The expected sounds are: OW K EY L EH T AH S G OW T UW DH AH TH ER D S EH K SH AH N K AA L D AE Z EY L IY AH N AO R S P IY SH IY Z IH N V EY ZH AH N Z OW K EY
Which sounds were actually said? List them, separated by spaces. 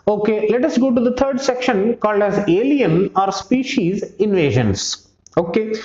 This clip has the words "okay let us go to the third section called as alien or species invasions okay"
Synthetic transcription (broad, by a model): OW K EY L EH T AH S G OW T UW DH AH T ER D S EH K SH AH N K AA L D AE Z EY L IY AH N AO R S P IY SH IY Z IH N V EY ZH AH N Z OW K EY